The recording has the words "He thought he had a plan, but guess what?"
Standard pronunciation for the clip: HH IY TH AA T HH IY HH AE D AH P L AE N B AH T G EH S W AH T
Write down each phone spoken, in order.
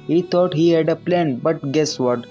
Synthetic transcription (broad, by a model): HH IY T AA T HH IY HH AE D AH P L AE N B AH T G EH S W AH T